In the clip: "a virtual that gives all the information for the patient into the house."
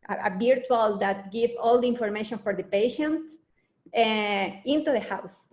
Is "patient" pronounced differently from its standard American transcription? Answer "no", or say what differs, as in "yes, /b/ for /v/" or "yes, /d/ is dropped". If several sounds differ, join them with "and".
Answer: no